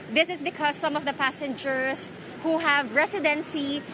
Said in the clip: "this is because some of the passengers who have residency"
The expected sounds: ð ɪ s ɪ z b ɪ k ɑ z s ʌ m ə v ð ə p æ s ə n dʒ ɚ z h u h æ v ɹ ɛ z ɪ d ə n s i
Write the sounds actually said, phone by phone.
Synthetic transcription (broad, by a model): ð ɪ s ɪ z b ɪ k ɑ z s ʌ m ə v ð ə p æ s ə n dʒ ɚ s h u h æ v ɹ ɛ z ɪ d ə n s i